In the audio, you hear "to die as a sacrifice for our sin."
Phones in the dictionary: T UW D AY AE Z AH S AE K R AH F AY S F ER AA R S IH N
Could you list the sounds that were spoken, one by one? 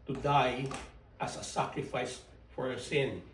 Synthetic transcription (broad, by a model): T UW D AY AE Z AH S AE K R AH F AY S F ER AA R S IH N